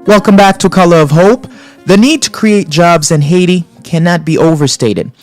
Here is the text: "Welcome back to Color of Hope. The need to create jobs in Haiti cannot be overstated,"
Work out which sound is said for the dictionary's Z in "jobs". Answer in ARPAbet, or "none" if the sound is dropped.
Z